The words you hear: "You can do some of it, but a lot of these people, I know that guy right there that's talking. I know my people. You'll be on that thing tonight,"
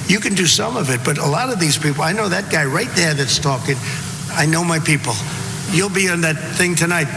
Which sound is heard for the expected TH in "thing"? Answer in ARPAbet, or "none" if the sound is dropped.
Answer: TH